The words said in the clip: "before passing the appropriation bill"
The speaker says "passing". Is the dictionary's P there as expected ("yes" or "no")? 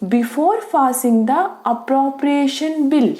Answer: no